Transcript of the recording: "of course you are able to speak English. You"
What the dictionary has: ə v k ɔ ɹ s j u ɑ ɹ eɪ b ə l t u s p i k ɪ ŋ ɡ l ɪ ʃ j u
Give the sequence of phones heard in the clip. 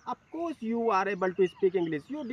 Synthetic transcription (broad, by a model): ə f k ɔ ɹ s j u ɑ ɹ eɪ b ə l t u s p i k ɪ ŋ ɡ l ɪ s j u